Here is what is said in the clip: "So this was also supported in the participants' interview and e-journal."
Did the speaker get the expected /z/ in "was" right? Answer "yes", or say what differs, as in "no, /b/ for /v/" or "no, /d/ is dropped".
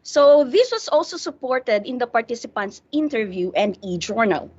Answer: no, /s/ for /z/